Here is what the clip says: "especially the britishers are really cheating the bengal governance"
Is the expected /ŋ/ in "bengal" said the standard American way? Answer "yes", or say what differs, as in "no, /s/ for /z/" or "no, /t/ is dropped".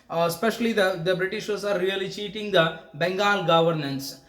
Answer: yes